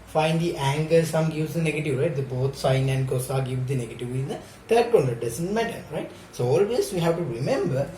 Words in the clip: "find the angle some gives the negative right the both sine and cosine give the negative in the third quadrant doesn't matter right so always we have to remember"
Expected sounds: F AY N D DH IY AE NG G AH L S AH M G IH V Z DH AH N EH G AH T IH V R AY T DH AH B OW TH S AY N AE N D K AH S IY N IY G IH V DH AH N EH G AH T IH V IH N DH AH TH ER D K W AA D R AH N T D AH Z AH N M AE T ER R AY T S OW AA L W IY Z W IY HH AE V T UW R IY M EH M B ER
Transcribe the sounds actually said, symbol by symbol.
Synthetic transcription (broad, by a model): F AY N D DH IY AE NG G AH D S AH M G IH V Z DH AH N EH G AH T IH V R AY T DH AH B OW T S AY N AE N D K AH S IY G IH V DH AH N EH G AH T IH V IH N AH T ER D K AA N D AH D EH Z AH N M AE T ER R AY T S OW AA L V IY S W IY HH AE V T UW R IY M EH M B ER